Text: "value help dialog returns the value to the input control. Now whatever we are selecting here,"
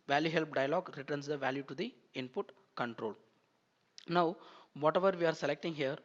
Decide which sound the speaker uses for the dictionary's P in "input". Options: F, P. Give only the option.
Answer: P